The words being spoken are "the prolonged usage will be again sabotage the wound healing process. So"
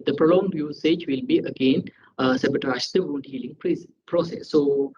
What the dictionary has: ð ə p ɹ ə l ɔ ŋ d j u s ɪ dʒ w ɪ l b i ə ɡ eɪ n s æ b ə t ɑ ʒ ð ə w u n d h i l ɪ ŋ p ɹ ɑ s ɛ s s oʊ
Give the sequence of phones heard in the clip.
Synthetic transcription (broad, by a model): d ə p ɹ ə l ɔ ŋ d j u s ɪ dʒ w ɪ l b i ə ɡ eɪ n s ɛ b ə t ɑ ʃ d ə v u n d h i l ɪ ŋ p ɹ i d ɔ s s oʊ